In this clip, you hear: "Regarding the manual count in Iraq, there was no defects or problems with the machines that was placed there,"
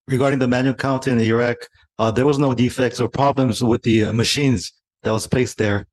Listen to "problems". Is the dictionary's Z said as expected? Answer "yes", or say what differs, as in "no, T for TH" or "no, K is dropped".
yes